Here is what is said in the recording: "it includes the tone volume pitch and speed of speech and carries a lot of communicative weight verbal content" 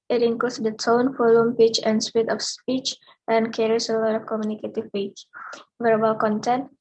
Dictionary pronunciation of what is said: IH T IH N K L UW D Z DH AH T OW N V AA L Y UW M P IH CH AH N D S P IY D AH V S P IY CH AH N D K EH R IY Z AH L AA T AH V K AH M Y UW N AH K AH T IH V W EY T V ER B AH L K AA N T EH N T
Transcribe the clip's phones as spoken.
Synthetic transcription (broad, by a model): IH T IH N K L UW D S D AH T OW N F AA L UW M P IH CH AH N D S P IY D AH F S P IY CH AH N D K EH R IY S AH L AA T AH F K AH M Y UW N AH K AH T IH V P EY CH V ER B AH L K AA N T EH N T